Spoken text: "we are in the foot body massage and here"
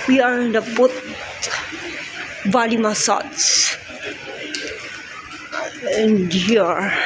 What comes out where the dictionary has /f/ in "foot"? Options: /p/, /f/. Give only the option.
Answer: /p/